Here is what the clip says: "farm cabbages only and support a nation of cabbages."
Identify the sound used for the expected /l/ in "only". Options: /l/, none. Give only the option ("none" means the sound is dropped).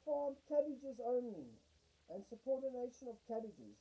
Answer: none